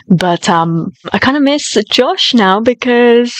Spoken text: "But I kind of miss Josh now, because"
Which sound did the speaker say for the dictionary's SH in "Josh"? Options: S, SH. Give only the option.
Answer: SH